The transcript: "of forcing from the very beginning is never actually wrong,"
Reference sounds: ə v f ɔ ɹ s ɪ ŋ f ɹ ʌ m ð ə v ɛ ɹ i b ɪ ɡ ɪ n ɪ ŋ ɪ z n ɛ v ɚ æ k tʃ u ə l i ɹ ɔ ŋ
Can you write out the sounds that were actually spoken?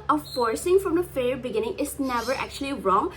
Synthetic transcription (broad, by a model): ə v f ɔ ɹ s ɪ ŋ f ɹ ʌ m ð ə f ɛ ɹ b ɪ ɡ ɪ n ɪ ŋ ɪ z n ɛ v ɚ æ k tʃ u ə l i ɹ ɔ ŋ